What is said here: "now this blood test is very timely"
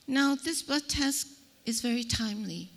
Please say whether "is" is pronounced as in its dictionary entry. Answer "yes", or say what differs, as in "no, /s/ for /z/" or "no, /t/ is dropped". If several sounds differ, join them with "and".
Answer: yes